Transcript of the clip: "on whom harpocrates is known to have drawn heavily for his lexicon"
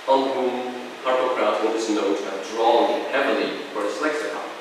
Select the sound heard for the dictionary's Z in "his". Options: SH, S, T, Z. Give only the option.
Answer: S